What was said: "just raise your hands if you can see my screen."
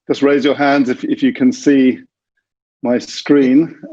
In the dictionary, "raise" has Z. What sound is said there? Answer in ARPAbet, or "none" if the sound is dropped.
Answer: Z